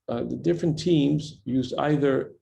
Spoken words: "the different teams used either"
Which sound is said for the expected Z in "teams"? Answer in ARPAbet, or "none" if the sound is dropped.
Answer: Z